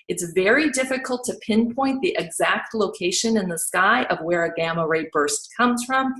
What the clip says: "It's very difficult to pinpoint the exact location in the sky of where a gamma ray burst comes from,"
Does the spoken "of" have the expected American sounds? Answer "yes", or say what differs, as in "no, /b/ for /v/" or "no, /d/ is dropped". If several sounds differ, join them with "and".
yes